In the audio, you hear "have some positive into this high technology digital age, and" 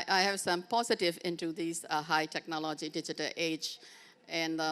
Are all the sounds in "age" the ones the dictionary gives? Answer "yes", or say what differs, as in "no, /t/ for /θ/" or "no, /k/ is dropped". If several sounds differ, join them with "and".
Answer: yes